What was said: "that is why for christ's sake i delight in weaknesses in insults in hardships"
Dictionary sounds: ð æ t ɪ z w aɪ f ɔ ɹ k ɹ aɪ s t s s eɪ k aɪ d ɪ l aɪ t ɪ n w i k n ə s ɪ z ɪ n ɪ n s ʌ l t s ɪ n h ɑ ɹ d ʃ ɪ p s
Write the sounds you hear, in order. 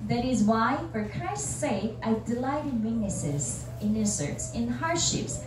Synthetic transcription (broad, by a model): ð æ t ɪ z w aɪ f ɔ ɹ k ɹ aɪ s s s eɪ k aɪ d ɪ l aɪ t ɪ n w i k n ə s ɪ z ɪ n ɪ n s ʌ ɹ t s ɪ n h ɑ ɹ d ʃ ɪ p s